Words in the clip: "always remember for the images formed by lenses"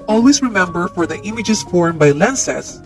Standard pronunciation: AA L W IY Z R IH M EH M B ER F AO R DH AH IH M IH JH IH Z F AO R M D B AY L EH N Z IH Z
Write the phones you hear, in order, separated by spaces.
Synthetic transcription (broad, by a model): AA L W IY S R IH M EH M B ER F AO R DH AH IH M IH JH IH S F AO R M B AY L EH N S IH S